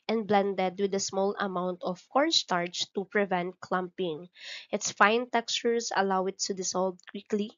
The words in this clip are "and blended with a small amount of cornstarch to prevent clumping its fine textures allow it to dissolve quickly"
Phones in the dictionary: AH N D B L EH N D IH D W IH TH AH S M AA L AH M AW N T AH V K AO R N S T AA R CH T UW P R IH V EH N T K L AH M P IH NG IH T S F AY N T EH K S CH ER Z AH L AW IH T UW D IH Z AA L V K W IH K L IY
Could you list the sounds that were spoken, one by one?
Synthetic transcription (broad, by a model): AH N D B L EH N D IH D W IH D AH S M AA L AH M AW N T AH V K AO R S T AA R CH T UW P R IH V EH N T K L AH M P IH NG IH T S F AY N T EH K S CH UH S AH L AW IH T UW D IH S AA L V K W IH K L IY